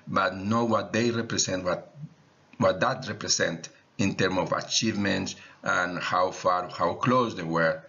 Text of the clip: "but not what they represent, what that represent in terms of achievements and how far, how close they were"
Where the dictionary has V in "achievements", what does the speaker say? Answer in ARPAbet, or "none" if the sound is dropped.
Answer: V